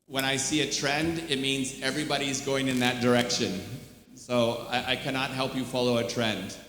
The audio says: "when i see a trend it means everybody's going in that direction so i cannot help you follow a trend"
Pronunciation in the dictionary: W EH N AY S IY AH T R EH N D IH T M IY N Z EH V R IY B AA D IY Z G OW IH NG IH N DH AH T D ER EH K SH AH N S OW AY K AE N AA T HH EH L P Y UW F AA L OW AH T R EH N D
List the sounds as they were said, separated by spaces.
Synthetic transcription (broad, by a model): W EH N AY S IY AH T R EH N D IH T M IY N Z EH V R IY B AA D IY Z G OW IH NG IH N DH AH T D ER EH K SH AH N S OW AY K AE N AA T HH EH L P Y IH F AA L OW AH T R EH N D